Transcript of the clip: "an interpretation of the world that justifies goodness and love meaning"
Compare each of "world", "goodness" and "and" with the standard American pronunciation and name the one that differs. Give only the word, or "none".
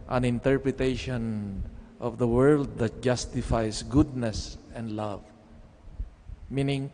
none